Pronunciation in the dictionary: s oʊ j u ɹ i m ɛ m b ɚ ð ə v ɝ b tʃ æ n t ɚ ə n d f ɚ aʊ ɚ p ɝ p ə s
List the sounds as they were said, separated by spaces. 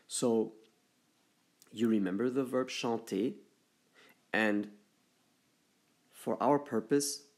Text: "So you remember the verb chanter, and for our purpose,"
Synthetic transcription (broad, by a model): s oʊ j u ɹ i m ɛ m b ɚ ð ə v ɝ b ʃ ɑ t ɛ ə n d f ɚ aʊ ɚ p ɝ p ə s